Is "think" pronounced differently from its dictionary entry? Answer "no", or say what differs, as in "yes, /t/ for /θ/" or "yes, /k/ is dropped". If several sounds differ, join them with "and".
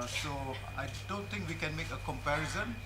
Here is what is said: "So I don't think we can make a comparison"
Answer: yes, /t/ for /θ/